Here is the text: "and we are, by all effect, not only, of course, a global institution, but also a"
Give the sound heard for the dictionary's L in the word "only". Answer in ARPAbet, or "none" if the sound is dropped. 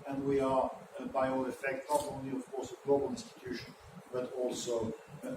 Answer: L